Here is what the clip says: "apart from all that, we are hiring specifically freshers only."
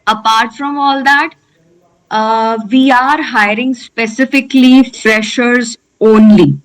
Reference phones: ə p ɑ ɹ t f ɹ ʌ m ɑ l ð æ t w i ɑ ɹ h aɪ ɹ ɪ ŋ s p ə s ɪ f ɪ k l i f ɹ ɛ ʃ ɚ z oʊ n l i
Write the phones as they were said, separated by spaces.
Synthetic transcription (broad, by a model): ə p ɑ ɹ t f ɹ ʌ m ɑ l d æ t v i ɑ ɹ h aɪ ɹ ɪ ŋ s p ə s ɪ f ɪ k l i f ɹ ɛ ʃ ɚ z oʊ n l i